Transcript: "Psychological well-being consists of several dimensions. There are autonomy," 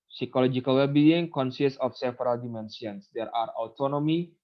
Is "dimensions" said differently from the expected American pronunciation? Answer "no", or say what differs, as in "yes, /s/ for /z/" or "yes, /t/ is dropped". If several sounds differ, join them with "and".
yes, /s/ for /ʃ/